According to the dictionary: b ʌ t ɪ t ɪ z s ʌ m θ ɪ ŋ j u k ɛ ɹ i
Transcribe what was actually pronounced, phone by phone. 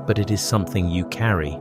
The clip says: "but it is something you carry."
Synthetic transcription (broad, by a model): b ʌ t ɪ t ɪ z s ʌ m θ ɪ ŋ j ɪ k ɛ ɹ i